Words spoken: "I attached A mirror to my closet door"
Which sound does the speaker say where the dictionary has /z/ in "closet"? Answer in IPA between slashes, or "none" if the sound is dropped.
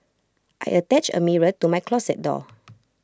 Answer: /s/